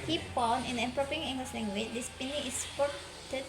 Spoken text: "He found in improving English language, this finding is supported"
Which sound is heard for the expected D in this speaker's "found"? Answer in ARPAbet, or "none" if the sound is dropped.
none